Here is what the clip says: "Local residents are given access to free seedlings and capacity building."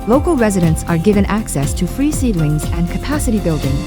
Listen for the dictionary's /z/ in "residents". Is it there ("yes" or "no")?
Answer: yes